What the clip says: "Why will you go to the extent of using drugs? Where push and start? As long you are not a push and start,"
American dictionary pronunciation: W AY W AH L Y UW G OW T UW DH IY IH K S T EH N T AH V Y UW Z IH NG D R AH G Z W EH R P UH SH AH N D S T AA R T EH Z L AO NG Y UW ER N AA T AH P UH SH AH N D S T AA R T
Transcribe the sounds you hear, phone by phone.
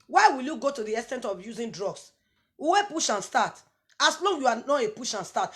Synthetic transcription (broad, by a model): W AY W AH L Y UW G OW T UW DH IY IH S T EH N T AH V Y UW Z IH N D R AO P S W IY W P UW SH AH N S T AA T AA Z L AO NG Y UW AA N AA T AH P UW SH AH N S T AA T